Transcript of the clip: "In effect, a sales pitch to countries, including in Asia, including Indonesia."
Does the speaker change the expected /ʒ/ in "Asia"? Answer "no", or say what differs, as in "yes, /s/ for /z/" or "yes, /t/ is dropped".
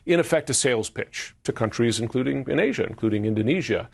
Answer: no